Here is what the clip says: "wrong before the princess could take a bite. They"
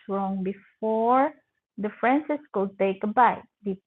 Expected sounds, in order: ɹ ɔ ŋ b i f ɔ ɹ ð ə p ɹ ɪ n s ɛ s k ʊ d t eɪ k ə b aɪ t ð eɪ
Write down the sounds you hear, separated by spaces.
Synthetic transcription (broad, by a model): ɹ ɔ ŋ b i f ɔ ɹ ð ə f ɹ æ n s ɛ s k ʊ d t eɪ k ə b aɪ t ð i